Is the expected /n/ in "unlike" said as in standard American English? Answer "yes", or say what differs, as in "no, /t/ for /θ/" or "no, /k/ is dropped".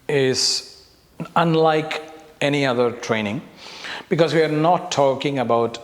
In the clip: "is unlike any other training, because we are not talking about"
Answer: yes